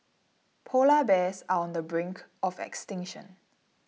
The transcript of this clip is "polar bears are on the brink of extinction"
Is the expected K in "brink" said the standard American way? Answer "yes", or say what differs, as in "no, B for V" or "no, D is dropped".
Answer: yes